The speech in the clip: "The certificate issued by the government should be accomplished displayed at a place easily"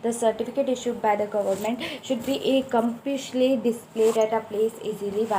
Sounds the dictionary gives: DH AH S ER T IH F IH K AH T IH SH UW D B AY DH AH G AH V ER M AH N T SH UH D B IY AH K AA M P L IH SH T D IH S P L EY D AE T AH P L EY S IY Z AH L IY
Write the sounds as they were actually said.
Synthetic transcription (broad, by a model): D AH S ER T IH F IH K AH T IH SH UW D B AY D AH G AH V ER M AH N T SH UH D B IY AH K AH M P IH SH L D IH S P L EY D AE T AH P L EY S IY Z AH L IY